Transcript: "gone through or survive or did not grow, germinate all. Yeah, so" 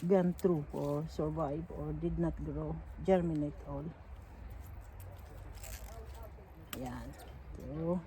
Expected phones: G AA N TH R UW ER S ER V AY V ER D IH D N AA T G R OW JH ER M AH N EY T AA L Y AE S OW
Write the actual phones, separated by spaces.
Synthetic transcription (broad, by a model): G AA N T R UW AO S ER V AY V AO D IH D N AA T G R OW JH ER M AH N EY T AA L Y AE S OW